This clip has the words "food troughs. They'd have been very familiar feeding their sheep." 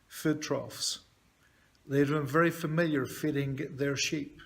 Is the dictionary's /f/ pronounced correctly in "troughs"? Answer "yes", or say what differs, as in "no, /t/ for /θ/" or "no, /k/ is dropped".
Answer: yes